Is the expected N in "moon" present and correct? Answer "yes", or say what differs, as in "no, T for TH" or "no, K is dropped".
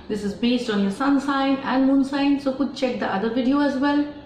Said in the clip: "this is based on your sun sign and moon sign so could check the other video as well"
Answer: yes